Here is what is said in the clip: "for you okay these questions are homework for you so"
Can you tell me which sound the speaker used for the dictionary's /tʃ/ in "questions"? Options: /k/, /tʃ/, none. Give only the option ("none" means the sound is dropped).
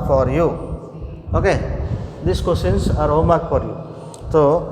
none